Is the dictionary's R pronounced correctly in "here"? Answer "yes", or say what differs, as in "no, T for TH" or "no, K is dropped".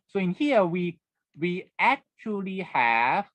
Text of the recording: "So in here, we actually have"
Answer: no, W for R